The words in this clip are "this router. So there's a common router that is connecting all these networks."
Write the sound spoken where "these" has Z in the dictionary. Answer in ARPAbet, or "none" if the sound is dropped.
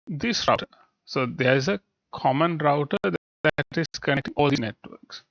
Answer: none